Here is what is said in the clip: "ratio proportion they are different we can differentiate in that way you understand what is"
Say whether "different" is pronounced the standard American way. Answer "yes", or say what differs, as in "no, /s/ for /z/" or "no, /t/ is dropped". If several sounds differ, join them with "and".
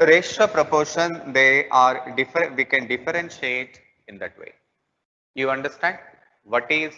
no, /ɹ/ is dropped and /n/ is dropped